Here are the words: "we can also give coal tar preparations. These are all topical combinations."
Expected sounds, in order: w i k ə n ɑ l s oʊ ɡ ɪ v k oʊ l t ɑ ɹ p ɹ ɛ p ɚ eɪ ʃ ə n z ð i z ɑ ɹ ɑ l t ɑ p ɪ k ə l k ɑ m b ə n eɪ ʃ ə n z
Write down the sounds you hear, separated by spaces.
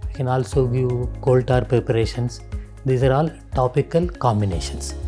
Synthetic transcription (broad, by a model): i k ə n ɑ l s oʊ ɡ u k oʊ l t ɑ ɹ p ɹ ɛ p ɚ eɪ ʃ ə n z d i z ɑ ɹ ɑ l t ɑ p ɪ k ə l k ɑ m b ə n eɪ ʃ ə n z